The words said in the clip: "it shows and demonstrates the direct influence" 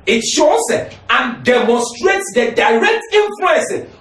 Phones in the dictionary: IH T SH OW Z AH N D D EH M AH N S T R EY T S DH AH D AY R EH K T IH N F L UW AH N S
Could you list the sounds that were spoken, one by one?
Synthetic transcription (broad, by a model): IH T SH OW S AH N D D EH M AH N S T R EY T S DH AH D AY R EH K T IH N F L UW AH N S